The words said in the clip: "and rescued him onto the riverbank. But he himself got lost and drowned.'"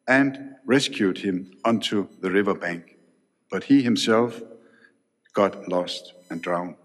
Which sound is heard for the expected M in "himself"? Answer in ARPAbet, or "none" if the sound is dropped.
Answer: M